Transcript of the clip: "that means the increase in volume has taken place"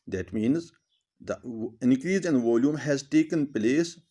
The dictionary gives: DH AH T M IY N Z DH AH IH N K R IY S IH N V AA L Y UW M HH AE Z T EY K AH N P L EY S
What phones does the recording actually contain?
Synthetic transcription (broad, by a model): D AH T M IY N Z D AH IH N K R IY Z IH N V AA L Y UW M HH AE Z T EY K AH N P L EY S